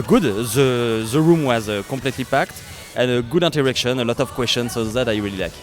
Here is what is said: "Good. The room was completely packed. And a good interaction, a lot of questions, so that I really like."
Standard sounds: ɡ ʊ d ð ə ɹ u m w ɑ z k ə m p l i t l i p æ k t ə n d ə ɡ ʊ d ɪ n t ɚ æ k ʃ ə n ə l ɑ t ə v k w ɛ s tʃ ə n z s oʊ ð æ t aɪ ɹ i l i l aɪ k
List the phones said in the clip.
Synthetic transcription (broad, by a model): ɡ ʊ d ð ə ɹ u m w ɑ z k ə p l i t l i p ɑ k t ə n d ə ɡ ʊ d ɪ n t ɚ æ k ʃ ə n ə l ɑ t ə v k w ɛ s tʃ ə n s oʊ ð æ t aɪ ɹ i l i l aɪ k